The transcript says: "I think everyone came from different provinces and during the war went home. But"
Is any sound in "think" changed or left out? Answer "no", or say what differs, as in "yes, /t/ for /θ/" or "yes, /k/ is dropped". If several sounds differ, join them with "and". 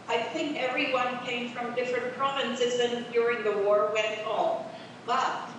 no